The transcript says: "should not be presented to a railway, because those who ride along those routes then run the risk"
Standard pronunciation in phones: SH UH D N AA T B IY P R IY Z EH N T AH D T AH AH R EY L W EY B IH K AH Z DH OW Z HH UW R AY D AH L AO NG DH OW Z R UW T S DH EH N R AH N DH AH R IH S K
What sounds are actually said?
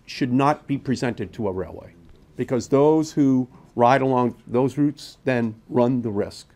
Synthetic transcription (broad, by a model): SH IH D N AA T B IY P R IY Z EH N T AH D T AH AH R EY L W EY B IH K AH Z DH OW Z HH UW R AY D AH L AO NG DH OW Z R UW T S DH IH N R AH N DH AH R IH S K